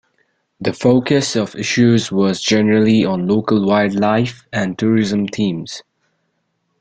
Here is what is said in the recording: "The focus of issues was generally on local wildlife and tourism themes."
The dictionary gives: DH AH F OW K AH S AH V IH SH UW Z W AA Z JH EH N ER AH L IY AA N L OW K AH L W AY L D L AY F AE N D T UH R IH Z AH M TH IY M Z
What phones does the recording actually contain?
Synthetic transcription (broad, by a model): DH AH F OW K AH S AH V IH SH UW Z W AA Z JH EH N ER AH L IY AA N L OW K AH L W AY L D L AY F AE N T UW R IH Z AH M T IY M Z